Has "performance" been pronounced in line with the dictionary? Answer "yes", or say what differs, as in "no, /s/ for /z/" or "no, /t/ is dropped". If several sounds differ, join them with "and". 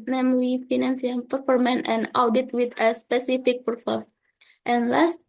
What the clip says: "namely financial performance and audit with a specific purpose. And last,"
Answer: no, /s/ is dropped